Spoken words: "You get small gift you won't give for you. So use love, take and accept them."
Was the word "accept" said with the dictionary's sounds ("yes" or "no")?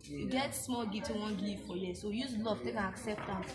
yes